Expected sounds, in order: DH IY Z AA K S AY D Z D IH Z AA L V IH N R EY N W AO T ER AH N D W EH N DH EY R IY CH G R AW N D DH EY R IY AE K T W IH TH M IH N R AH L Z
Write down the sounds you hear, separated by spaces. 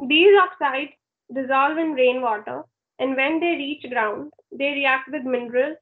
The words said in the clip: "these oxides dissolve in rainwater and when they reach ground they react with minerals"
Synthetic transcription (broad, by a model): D IY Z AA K S AY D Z D IH Z AA L V IH N R EY N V AO T ER AH N D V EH N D EY R IY CH G R AW N D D EY R IY AE K T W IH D M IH N R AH L